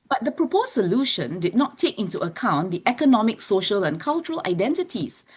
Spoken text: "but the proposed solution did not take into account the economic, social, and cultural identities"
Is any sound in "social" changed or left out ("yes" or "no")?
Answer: no